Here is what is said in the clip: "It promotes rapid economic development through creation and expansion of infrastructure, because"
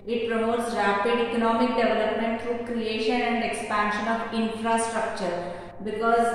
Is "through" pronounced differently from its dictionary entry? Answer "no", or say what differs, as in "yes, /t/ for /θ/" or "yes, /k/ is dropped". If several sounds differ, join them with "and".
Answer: yes, /t/ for /θ/